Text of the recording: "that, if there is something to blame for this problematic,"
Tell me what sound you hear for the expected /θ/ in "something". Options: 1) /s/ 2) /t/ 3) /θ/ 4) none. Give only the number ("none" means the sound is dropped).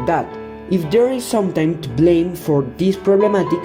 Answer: 2